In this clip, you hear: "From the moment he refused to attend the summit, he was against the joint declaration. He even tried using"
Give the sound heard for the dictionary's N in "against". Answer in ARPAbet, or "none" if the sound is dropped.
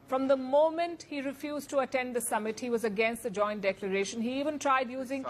N